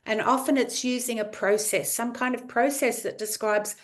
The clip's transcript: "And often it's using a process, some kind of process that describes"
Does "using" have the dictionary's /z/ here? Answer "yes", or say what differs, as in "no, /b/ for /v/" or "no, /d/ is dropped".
yes